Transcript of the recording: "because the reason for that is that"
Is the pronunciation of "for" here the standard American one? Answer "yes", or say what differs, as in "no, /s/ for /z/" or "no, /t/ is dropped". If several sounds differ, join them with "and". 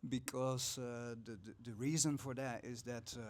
yes